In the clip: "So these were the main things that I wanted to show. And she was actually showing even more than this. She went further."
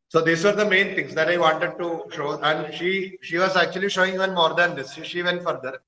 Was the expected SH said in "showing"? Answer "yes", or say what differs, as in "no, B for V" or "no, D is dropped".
yes